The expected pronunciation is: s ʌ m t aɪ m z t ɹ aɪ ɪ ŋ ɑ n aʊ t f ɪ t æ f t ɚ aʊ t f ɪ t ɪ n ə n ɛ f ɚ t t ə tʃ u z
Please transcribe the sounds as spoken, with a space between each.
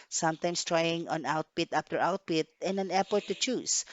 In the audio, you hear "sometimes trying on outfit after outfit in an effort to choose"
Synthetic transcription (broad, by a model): s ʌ m t aɪ m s t ɹ aɪ ɪ ŋ ɑ n aʊ t p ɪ t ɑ p t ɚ aʊ t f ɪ t ɪ n ə n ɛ p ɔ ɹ t ə tʃ u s